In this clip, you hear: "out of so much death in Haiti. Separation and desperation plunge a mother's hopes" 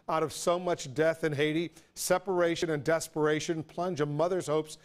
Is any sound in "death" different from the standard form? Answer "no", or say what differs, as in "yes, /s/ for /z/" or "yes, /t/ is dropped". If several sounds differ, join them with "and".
no